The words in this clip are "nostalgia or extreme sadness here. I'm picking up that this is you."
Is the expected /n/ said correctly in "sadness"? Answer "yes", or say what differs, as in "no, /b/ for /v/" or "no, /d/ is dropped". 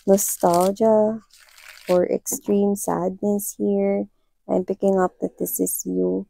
yes